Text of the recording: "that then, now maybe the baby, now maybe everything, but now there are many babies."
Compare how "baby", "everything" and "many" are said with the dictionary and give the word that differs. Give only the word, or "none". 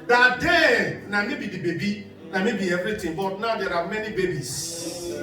everything